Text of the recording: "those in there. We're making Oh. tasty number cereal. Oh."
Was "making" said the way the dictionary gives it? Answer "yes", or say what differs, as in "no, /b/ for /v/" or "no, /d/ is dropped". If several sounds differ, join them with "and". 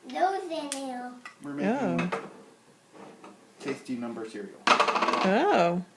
no, /k/ is dropped